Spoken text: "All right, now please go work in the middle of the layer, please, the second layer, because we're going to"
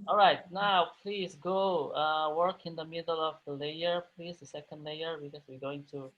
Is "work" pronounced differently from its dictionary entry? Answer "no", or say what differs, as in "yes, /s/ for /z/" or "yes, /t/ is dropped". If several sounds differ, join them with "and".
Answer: no